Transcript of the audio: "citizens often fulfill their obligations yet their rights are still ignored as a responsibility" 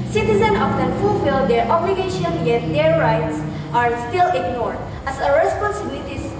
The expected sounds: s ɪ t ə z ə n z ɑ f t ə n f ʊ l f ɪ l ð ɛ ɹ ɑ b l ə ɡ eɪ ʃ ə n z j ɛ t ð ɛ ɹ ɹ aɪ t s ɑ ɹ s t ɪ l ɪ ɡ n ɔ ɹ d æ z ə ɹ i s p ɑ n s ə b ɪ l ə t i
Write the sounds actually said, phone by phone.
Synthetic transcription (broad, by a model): s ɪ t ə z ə n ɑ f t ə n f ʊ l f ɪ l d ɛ ɹ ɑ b l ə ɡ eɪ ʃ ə n j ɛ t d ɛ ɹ ɹ aɪ t s ɑ ɹ s t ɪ l ɪ ɡ n ɔ ɹ d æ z ə ɹ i s p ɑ n s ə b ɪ l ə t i